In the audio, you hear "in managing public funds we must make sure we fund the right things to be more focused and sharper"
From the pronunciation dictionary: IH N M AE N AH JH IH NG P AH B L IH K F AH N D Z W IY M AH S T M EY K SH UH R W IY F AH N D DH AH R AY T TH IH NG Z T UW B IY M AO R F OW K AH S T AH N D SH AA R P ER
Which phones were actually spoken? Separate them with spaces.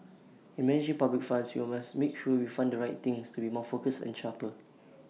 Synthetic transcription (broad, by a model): IH N M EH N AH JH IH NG P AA B L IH K F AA N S W IY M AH S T M EY K SH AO W IY F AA N D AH R AY T T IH NG S T UW B IY M AO F OW K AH S AH N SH AA P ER